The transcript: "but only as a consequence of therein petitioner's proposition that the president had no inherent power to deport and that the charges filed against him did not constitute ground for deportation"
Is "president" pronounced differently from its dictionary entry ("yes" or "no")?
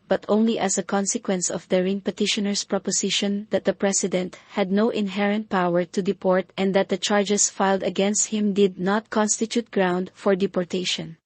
yes